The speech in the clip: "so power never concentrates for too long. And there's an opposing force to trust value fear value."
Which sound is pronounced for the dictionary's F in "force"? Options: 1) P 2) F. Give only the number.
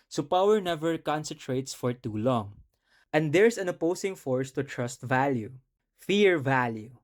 2